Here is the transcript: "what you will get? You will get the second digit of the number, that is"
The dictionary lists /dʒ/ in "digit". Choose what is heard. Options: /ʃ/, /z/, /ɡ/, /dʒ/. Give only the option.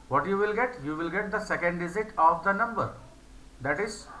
/z/